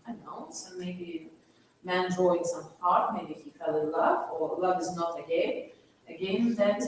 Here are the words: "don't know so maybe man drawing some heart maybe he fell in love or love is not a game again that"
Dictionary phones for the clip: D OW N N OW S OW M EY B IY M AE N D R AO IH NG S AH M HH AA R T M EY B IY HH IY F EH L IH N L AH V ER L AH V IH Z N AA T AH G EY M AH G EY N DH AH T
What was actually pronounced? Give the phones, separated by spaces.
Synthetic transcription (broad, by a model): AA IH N N OW S OW M EY B IY M AE N D R AO IH NG S AH M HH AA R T M EY B IY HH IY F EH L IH L AH V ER L AH V IH Z N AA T AH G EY AH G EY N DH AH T